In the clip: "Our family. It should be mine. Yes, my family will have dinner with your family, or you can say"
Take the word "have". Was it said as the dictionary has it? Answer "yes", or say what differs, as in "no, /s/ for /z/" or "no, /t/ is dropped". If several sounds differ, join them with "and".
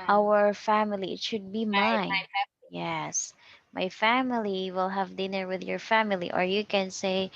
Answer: yes